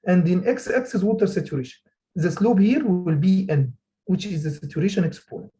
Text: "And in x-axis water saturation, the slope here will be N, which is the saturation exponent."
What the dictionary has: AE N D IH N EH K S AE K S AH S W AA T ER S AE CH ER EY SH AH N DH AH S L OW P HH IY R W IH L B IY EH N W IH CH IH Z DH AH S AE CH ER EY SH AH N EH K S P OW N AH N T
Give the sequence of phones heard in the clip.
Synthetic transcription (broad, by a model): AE N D IH N EH K S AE K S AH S W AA T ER S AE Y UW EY SH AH N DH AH S L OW B HH IY R W IH L B IY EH N W IH CH IH Z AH S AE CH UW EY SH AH N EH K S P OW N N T